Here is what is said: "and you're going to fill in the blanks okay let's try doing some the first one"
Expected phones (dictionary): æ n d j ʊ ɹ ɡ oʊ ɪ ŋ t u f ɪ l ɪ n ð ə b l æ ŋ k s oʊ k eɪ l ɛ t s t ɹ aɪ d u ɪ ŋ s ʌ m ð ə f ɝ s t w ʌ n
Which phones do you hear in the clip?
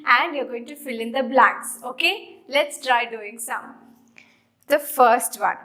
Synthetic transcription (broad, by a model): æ n d j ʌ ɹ ɡ oʊ ɪ ŋ t u f ɪ l ɪ n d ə b l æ k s oʊ k eɪ l ɛ t s t ɹ aɪ d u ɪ ŋ s ʌ m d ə f ɝ s t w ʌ n